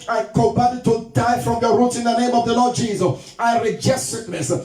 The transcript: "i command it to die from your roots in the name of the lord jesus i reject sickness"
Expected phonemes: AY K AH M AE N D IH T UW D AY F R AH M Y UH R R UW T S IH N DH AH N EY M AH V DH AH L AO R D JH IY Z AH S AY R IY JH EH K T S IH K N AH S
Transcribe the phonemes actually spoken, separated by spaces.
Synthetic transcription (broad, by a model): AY K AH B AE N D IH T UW D AY F R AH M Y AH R R UW T S IH N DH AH N EY M AH V DH AH L AO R D JH IY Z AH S AY R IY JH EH T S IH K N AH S